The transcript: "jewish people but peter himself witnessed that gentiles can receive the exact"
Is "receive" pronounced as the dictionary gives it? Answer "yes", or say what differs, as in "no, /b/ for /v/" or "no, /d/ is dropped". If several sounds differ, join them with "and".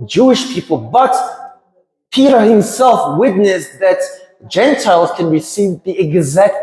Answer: yes